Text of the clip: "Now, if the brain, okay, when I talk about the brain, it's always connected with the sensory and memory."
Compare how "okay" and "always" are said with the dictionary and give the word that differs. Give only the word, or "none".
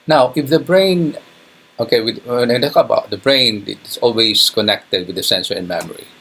always